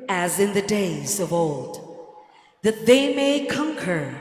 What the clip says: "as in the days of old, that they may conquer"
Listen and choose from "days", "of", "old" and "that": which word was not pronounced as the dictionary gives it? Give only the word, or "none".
none